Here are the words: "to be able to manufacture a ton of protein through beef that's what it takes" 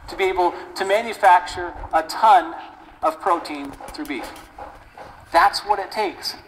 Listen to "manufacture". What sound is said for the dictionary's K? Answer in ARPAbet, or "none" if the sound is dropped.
K